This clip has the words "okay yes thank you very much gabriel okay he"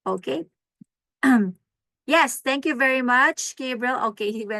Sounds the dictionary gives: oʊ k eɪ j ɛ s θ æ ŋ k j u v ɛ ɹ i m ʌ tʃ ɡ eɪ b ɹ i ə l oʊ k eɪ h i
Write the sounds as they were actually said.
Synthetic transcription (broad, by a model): oʊ k eɪ j ɛ s t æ ŋ k j u v ɛ ɹ i m ʌ tʃ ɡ eɪ b ɹ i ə l oʊ k eɪ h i